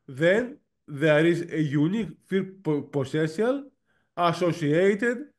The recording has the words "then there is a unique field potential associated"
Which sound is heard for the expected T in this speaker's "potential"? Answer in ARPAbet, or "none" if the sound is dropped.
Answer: S